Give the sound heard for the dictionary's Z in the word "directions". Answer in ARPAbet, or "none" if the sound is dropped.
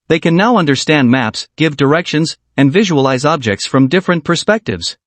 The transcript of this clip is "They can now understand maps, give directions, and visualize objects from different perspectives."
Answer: Z